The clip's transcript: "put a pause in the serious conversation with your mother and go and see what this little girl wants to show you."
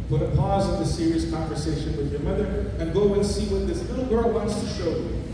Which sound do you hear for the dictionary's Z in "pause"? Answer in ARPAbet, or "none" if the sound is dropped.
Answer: Z